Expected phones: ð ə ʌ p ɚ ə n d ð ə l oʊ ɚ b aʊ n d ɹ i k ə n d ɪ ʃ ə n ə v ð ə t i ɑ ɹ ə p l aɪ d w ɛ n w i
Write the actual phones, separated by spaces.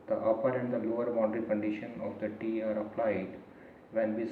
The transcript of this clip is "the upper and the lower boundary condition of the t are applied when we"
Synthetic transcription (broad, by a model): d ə ʌ p ɚ ə n d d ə l oʊ ɚ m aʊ d ɹ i k ə n d ɪ ʃ ə n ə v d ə t i ɑ ɹ ə p l aɪ d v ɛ n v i